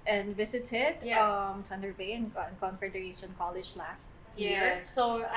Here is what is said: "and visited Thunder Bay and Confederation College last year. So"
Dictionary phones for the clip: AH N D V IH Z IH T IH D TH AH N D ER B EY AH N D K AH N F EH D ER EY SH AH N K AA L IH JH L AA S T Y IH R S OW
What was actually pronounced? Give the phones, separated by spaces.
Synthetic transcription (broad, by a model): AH N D V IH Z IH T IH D T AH N D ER B EY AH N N K AH N F EH D ER EY SH AH N K AA L IH JH L AA S T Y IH R S OW